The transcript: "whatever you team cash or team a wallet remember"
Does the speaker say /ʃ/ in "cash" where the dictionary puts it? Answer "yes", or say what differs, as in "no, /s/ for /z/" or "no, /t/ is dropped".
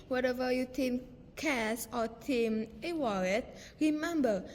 no, /s/ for /ʃ/